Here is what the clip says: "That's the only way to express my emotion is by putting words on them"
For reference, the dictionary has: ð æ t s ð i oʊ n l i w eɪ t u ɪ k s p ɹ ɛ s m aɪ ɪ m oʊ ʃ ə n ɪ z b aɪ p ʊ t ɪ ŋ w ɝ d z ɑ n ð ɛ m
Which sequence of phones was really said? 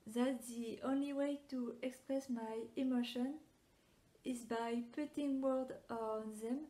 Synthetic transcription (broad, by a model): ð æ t ð i oʊ n l i w eɪ t u ɪ k s p ɹ ɛ s m aɪ ɪ m oʊ ʃ ə n ɪ z b aɪ p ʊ t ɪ ŋ w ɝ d ɑ n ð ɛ m